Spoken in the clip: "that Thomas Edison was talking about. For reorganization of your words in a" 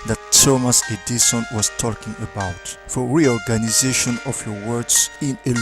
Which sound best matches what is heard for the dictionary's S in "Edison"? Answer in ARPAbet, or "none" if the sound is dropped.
SH